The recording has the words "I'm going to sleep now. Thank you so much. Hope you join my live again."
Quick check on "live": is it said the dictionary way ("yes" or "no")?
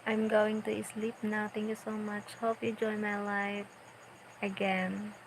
no